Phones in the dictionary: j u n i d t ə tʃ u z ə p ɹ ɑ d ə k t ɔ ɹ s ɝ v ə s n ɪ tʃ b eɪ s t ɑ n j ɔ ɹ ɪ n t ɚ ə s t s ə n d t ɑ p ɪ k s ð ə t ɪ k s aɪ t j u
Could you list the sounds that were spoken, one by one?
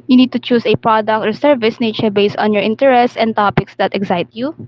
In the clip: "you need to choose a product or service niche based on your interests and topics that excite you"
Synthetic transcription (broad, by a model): j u n i d t ə tʃ u s ə p ɹ ɑ d ə k t ɔ ɹ s ɝ v ə s n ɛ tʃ b eɪ s t ɑ n j ɔ ɹ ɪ n t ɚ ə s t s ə n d t ɑ p ɪ k s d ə t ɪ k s aɪ t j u